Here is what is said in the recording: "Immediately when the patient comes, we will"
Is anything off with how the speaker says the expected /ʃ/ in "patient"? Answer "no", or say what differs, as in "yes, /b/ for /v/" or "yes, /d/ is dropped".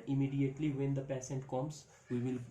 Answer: yes, /s/ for /ʃ/